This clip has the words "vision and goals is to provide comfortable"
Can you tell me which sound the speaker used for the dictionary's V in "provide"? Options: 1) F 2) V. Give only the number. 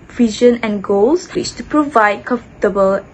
2